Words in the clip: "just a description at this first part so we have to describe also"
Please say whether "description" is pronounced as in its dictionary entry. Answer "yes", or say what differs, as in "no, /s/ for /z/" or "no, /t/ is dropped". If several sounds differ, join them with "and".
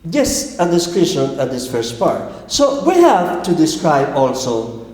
no, /p/ is dropped